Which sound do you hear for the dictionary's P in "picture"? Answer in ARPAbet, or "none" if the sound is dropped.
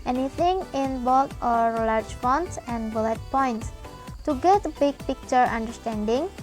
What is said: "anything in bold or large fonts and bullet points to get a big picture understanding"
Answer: P